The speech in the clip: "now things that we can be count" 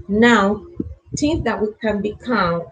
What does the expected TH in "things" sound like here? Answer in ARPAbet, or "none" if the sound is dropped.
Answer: T